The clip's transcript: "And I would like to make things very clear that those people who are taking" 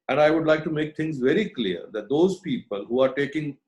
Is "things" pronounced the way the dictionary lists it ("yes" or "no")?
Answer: no